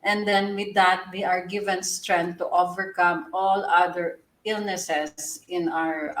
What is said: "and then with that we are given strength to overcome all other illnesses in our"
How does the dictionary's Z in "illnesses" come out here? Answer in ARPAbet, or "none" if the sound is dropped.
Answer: S